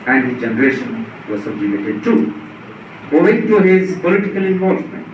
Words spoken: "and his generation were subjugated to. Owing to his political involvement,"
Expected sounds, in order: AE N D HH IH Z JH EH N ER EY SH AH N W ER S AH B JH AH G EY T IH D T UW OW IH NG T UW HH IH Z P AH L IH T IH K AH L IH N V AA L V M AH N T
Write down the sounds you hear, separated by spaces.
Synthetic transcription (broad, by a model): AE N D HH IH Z JH EH N ER EY SH AH N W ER S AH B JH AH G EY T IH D T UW OW IH NG T UW HH IH Z P AH L IH T IH K AH L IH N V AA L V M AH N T